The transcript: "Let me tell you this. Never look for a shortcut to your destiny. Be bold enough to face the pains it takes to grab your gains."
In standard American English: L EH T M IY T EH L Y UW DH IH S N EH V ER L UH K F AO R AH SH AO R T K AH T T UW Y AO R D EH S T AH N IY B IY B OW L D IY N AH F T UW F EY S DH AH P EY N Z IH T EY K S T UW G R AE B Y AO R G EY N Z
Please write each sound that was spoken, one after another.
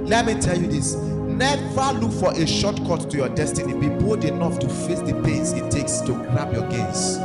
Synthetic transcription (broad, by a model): L EH T M IY T EH L Y UW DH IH S N EH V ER L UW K F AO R AH SH AO T K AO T T UW Y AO D EH S T AH N IY B IY B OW D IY N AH F T UW F EY S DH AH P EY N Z IH T EY K S T UW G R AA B Y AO G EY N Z